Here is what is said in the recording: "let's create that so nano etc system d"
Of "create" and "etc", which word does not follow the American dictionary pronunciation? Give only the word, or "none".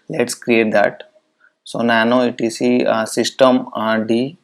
etc